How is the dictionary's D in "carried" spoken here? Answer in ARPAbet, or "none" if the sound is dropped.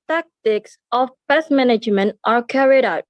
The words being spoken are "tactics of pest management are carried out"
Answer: D